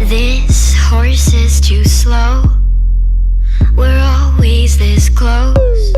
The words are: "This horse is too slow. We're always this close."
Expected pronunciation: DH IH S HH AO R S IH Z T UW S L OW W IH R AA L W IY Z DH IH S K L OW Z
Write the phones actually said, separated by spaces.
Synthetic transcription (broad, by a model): DH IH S HH AO R S IH Z T UW S L OW W IH R AA L W IY Z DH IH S K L OW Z